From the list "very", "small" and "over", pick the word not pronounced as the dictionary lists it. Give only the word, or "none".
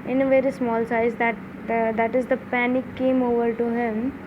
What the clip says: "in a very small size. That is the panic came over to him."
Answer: none